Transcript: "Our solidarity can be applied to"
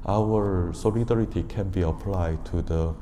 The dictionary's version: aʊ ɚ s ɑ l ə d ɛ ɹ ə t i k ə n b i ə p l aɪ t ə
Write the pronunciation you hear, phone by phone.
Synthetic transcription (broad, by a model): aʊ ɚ s ɑ l ə d ɛ ɹ ə t i k ə n b i ə p l aɪ t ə